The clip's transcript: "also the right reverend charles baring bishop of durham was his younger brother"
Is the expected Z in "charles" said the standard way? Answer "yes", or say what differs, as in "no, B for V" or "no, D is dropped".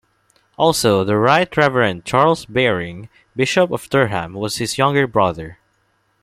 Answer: no, S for Z